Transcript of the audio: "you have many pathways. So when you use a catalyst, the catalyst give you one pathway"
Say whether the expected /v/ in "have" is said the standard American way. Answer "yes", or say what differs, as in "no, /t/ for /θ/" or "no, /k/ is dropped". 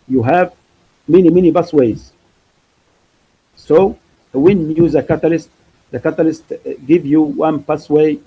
yes